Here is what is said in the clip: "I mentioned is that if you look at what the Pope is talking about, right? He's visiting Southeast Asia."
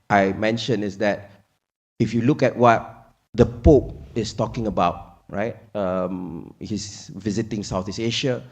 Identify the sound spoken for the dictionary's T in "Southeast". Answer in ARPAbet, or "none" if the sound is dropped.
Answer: none